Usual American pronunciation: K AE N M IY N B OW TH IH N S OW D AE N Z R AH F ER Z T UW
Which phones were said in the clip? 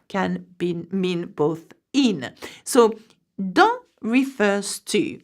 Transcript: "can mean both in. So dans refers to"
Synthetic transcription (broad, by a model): K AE N M IY N B OW TH IH N S OW D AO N R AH F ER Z T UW